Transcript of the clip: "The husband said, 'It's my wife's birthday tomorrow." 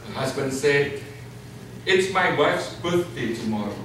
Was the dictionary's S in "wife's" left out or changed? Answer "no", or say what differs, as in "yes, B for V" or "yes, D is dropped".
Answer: no